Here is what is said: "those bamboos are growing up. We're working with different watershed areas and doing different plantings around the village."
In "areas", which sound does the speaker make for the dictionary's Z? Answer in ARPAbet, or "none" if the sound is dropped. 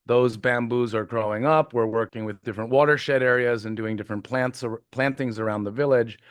Z